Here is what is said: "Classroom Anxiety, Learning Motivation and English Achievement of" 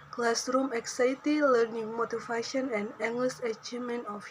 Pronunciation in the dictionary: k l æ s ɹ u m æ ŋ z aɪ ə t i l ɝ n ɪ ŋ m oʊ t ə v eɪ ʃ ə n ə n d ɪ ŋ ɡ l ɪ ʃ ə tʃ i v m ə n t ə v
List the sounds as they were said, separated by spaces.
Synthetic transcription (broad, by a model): k l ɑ s ɹ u m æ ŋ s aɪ t i l ɝ n ɪ ŋ m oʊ t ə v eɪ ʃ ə n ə n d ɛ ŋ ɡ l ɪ s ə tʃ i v m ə n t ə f